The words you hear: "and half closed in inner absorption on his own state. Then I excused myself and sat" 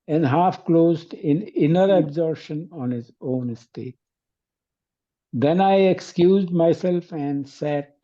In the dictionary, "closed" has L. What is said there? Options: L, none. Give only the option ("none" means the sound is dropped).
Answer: L